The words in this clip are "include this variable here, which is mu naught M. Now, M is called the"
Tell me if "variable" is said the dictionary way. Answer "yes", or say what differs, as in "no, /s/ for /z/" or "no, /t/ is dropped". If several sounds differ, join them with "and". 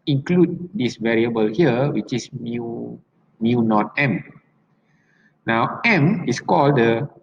yes